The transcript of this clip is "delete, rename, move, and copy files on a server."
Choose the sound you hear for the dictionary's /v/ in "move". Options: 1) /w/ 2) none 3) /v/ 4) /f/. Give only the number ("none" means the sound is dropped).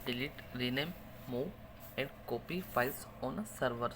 2